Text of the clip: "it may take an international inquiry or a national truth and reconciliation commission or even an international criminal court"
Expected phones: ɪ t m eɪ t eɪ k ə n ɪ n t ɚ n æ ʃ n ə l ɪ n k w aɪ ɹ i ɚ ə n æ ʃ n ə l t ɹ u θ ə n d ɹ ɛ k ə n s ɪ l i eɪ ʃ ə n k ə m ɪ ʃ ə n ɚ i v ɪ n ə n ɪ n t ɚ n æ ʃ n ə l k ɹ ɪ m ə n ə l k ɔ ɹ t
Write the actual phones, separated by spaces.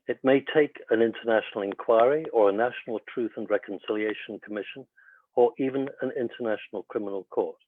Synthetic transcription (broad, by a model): ɪ t m eɪ t eɪ k ə n ɪ n t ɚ n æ ʃ n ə l ɪ n k w aɪ ɹ i ɚ ə n æ ʃ n ə l t ɹ u θ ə n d ɹ ɛ k ə n s ɪ l i eɪ ʃ ə n k ə m ɪ ʃ ə n ɚ i v ɪ n ə n ɪ n t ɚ n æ ʃ n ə l k ɹ ɪ m ə n ə l k ɔ ɹ t